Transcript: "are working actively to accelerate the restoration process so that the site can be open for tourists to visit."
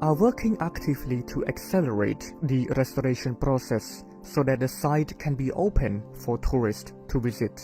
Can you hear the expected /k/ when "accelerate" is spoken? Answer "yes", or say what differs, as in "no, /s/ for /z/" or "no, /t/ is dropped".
yes